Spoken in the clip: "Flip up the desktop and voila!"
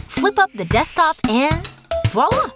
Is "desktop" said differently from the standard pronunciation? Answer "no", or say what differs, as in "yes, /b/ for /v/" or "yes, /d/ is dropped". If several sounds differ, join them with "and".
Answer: yes, /k/ is dropped